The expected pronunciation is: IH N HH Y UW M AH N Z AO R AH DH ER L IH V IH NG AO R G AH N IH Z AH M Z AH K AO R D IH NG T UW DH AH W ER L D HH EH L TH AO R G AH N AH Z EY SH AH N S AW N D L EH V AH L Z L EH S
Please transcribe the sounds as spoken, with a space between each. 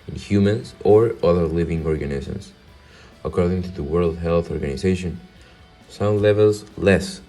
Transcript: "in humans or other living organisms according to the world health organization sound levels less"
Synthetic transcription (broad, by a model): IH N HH Y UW M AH N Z AO R AH DH ER L IH V IH NG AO R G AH N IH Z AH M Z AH K AO R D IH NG T UW DH AH W ER L D HH EH L TH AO R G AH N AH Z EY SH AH N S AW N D L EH V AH L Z L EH S